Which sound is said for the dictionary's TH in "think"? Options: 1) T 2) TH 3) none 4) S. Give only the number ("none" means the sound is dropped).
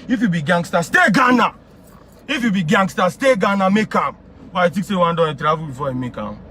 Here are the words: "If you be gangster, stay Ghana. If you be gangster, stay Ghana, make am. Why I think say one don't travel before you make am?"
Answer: 1